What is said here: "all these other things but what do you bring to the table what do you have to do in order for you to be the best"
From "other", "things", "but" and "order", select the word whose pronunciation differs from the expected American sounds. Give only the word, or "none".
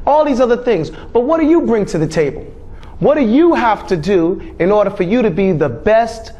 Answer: none